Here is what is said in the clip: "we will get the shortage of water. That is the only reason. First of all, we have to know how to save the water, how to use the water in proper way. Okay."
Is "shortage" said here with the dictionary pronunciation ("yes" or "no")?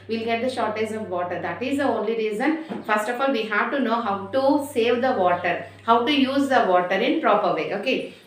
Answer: no